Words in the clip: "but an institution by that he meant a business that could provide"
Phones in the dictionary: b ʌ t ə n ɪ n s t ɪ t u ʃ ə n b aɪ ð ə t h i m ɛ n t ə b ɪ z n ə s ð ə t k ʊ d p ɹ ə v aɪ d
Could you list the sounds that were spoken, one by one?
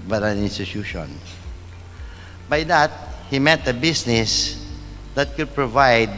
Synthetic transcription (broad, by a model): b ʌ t ə n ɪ n s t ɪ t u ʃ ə n b aɪ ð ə t h i m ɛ t ə b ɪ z n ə s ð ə t k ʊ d p ɹ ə v aɪ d